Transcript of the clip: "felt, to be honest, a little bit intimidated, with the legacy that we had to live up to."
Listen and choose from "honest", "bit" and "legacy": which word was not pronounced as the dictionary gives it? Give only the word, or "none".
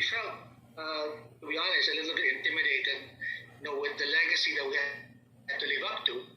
honest